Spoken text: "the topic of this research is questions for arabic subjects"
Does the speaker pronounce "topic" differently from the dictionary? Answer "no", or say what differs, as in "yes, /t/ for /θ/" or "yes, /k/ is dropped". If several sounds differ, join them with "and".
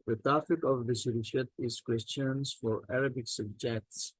yes, /f/ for /p/